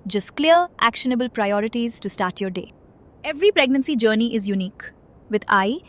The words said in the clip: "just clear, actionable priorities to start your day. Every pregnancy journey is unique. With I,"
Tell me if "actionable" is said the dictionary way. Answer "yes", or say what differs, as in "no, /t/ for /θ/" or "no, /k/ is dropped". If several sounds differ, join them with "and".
yes